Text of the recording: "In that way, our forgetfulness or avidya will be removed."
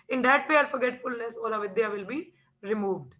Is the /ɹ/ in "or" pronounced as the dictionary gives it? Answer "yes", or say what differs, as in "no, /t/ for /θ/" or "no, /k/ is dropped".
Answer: no, /l/ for /ɹ/